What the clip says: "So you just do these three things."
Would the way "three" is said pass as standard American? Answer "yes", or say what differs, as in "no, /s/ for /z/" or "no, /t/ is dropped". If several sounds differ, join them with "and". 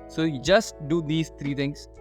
no, /t/ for /θ/